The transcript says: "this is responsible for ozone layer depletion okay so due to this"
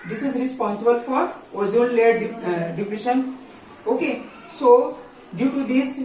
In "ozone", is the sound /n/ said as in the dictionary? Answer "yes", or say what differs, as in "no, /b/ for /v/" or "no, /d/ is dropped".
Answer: no, /l/ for /n/